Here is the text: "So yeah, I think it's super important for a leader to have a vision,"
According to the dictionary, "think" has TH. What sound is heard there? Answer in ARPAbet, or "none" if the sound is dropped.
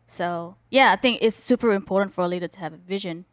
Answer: TH